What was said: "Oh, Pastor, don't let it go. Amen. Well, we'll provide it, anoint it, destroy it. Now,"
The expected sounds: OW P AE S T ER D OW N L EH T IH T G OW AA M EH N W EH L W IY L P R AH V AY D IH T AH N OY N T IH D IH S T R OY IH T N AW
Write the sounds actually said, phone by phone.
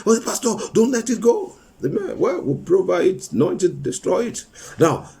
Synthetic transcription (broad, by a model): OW P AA S T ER D OW N L EH T IH T G OW AA M EH N W EH L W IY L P R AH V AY IH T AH N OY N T IH D IH S T R OY IH T N AW